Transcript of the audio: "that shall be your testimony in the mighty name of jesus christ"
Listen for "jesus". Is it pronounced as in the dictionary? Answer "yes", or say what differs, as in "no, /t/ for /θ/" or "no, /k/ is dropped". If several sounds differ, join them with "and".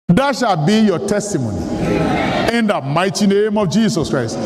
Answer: no, /s/ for /z/